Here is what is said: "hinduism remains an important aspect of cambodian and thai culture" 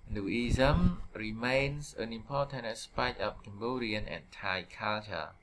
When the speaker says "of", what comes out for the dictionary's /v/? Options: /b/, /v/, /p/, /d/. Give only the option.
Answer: /p/